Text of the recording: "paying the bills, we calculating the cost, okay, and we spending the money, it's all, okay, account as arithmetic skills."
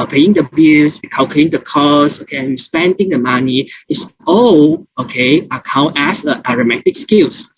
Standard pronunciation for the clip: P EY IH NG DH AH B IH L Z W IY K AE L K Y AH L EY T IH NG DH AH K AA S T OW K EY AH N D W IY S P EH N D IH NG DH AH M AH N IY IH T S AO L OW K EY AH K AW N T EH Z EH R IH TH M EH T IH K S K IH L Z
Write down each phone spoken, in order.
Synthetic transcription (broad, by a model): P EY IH NG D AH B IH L S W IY K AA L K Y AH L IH NG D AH K AA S OW K EY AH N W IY S P EH N D IH NG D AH M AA N IY IH T S AO OW K EY AH K AW N T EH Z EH R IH M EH T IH K S K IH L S